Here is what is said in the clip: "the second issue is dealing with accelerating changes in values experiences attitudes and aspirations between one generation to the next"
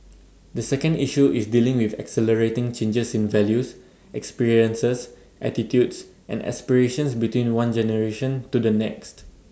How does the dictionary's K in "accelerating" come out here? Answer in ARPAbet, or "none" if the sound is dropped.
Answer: K